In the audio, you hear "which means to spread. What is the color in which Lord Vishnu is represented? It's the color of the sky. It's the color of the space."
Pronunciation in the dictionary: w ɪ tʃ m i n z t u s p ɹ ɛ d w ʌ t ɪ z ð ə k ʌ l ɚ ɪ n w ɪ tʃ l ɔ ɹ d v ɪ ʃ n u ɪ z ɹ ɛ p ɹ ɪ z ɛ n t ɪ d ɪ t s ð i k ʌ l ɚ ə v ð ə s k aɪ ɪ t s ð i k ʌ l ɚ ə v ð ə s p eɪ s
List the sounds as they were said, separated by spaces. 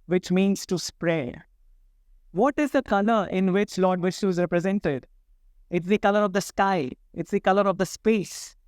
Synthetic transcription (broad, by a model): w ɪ tʃ m i n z t u s p ɹ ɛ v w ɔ t ɪ z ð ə k ʌ l ɚ ɪ n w ɪ tʃ l ɔ ɹ d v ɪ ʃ u ɪ z ɹ ɛ p ɹ ɪ z ɛ n t ɪ d ɪ t s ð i k ʌ l ɚ ə v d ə s k aɪ ɪ t s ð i k ʌ l ɚ ə v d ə s p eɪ s